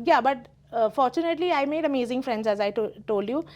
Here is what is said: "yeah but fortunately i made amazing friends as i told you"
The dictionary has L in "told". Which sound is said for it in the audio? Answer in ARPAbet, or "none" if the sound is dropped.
L